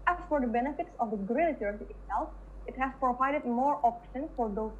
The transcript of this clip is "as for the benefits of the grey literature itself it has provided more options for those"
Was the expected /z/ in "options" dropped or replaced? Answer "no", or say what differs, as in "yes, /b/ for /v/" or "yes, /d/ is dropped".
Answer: yes, /z/ is dropped